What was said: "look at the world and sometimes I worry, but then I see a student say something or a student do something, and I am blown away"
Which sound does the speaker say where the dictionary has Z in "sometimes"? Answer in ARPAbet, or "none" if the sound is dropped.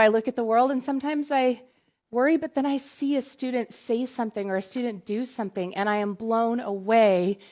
Z